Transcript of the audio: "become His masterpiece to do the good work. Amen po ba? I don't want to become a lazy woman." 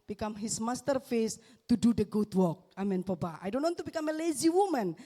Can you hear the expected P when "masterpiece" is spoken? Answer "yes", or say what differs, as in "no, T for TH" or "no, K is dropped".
no, F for P